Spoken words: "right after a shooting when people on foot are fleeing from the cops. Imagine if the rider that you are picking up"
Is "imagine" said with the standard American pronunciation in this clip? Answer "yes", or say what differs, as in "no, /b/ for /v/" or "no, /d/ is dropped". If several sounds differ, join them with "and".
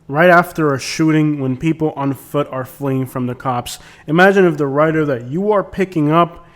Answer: yes